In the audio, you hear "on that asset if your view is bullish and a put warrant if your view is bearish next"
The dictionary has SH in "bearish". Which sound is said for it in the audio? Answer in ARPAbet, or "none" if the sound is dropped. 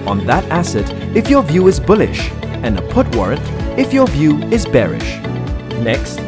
SH